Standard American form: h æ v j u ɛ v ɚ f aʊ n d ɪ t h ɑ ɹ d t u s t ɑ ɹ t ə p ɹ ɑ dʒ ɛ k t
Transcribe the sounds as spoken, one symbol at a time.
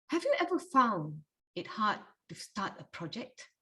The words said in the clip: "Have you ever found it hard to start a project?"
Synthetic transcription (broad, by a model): h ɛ v j u ɛ v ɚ f aʊ n ɪ t h ɑ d t u s t ɑ t ə p ɹ ɑ dʒ ɛ k t